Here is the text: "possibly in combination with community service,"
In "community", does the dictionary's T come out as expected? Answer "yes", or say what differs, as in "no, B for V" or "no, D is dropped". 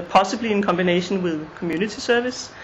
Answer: no, S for T